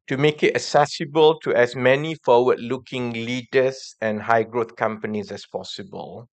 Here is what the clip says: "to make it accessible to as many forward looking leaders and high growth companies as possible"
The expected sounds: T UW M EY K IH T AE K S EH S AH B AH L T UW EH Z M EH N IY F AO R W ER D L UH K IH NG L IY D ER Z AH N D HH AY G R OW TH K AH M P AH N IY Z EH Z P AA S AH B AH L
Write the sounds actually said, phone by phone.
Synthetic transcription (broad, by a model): T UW M EY K IH T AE S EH S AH B AH L T UW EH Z M EH N IY F AO W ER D L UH K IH NG L IY D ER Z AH N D HH AY G R OW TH K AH M P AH N IY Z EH S P AA S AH B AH L